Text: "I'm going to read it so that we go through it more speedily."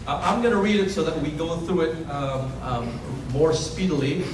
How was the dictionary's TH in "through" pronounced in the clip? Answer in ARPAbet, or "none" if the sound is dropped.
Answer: TH